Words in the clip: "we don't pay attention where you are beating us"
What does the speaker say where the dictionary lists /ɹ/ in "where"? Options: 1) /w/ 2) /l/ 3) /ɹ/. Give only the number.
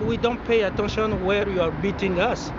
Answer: 3